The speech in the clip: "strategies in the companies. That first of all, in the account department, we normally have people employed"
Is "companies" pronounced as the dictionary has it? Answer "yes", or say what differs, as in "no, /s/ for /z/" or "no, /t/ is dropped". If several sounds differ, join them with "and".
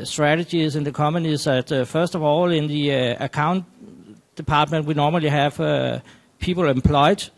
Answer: no, /p/ is dropped